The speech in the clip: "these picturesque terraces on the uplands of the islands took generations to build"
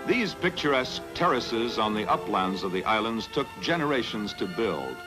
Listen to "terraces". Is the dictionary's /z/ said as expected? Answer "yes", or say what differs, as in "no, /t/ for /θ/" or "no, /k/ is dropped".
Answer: yes